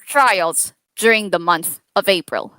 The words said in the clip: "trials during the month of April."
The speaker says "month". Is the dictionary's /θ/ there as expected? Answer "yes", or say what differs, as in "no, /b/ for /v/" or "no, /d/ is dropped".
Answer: yes